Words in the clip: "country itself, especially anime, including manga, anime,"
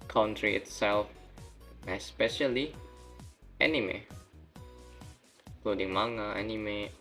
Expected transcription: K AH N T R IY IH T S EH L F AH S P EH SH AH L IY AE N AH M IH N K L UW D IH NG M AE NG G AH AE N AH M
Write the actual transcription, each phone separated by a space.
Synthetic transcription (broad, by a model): K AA N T R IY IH T S EH L F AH S P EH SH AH L IY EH N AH M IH K L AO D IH NG M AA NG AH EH N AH M